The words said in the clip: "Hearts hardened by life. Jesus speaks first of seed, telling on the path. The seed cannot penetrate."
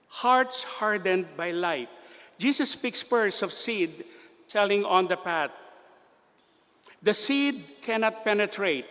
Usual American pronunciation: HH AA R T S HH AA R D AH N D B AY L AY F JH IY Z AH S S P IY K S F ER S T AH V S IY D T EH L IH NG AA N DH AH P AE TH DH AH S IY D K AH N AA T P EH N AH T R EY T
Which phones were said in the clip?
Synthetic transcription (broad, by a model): HH AA R T S HH AA R D AH N D B AY L AY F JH IY S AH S S P IY K S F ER S AH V S IY D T EH L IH NG AA N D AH P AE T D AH S IY D K AH N AA T P EH N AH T R EY T